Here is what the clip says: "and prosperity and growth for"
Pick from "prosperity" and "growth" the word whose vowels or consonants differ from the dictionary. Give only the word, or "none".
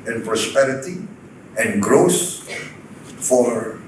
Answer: growth